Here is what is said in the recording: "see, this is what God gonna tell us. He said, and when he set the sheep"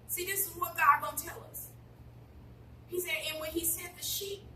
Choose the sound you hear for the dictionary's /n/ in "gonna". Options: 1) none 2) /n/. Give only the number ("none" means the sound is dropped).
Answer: 1